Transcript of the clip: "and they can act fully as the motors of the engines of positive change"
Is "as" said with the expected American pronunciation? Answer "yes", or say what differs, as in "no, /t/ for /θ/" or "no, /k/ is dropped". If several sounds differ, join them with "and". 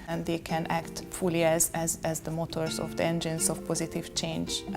yes